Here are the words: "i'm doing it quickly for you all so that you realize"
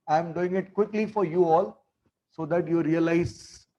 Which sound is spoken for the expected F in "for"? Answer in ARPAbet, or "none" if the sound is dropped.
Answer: F